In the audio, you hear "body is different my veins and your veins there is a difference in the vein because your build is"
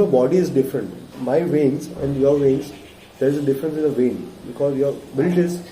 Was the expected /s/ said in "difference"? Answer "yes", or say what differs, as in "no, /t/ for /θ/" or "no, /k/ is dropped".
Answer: yes